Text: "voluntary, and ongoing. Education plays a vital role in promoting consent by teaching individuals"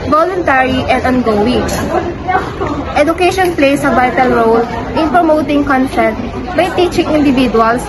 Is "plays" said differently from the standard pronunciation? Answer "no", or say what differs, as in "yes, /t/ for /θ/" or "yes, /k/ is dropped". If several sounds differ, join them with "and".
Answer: yes, /s/ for /z/